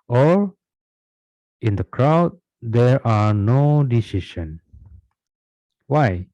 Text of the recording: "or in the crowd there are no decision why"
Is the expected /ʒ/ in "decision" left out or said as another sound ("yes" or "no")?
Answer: yes